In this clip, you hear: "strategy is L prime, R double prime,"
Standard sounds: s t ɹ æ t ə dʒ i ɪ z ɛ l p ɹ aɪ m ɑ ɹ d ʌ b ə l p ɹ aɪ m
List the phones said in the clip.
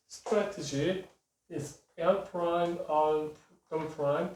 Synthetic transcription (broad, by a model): s t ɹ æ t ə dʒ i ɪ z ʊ n p ɹ aɪ m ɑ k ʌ ə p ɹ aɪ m